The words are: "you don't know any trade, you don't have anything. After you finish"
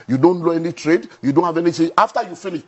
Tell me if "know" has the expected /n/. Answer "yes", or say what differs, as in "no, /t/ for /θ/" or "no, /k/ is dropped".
no, /l/ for /n/